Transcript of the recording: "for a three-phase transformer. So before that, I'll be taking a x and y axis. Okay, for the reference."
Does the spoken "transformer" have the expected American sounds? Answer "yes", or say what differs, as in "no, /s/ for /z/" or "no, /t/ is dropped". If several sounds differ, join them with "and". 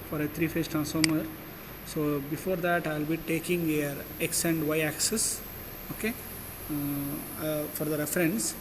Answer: no, /f/ is dropped